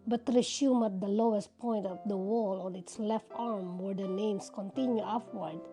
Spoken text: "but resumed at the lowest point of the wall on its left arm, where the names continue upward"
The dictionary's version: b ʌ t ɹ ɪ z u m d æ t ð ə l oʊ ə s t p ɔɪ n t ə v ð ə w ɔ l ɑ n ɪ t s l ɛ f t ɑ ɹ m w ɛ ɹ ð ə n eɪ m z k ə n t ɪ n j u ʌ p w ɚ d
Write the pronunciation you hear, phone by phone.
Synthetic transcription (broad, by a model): b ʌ t ɹ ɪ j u m æ t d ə l oʊ ə s t p ɔɪ n t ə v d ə w ɔ l ɑ n ɪ t s l ɛ f t ɑ ɹ m w ɛ ɹ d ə n eɪ m s k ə n t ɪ n j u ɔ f w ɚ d